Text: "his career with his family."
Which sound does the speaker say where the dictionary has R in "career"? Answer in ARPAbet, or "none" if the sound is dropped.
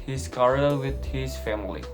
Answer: L